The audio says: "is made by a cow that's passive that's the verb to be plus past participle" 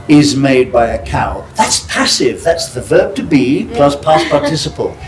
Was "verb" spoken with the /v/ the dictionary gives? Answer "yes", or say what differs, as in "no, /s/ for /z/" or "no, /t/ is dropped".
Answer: yes